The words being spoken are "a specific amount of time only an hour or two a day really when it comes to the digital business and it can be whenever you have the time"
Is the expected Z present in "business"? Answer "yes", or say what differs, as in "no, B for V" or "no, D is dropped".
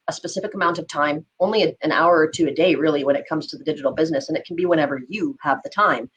yes